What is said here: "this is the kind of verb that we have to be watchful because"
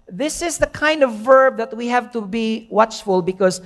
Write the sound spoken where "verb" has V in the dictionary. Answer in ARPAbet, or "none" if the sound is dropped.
V